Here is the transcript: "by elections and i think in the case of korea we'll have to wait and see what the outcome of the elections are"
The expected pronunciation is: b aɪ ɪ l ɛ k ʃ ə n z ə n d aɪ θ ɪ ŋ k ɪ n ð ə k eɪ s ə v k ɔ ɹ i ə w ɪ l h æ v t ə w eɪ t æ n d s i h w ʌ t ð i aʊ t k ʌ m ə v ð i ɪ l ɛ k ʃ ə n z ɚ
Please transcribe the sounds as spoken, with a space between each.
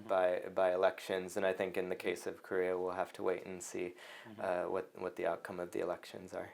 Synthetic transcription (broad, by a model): b aɪ ɪ l ɛ k ʃ ə n z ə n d aɪ θ ɪ ŋ k ɪ n ð ə k eɪ s ə v k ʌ ɹ i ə w ɪ l h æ f t ə w eɪ t n s i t w ʌ t ð i aʊ t k ʌ m ə v ð i ɪ l ɛ k ʃ ə n z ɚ